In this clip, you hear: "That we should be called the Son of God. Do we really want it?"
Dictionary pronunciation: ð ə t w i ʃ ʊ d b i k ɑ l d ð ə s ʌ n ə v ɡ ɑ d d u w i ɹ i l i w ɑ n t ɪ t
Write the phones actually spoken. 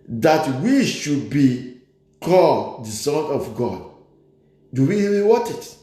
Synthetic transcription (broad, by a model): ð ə t w i ʃ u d b i k ɑ l d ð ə s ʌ n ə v ɡ ɑ d d u w i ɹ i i w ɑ t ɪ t